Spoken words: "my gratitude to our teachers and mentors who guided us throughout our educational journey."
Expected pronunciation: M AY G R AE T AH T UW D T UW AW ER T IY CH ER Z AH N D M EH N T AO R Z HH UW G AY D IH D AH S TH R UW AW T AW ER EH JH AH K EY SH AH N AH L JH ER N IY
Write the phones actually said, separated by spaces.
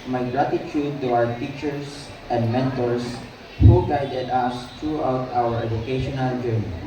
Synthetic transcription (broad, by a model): M AY G R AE T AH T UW D T UW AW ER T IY CH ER S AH N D M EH N T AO R S HH UW G AY D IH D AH S T R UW AW T AW ER EH JH AH K EY SH AH N AH L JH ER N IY